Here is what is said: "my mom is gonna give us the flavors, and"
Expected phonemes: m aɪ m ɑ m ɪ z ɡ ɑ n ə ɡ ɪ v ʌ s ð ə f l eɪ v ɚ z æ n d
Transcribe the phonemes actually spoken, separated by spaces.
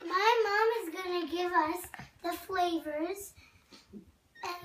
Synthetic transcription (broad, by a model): m aɪ m ɑ m ɪ z ɡ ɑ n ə ɡ ɪ v ʌ s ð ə f l eɪ v ɚ z